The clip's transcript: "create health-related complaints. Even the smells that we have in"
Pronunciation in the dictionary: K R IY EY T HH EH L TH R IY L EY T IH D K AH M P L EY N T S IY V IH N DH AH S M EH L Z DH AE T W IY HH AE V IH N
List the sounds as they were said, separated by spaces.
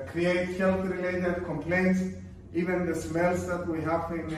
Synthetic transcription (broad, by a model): K R IY EY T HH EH L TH R IY L EY T IH D K AH M P L EY N T S IY V IH N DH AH S M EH L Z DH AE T W IY HH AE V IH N